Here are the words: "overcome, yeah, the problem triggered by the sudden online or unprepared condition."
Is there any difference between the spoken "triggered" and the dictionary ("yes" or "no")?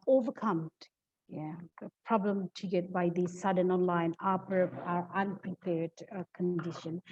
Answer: yes